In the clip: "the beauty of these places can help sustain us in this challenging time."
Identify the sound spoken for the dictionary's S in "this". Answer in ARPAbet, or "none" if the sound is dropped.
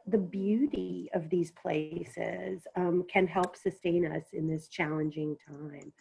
S